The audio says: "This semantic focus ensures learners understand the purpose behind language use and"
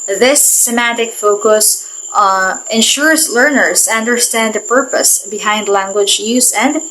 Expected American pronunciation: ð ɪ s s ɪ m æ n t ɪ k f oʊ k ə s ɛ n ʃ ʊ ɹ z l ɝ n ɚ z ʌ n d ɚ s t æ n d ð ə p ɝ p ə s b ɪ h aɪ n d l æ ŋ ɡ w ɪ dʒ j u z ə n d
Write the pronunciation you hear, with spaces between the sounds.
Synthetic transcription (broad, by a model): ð ɪ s s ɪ m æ t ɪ k f oʊ k ə s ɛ n ʃ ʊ ɹ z l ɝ n ɚ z ʌ n d ɚ s t æ n d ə p ɝ p ə s b ɪ h aɪ n d l æ ŋ ɡ w ɪ dʒ j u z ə n d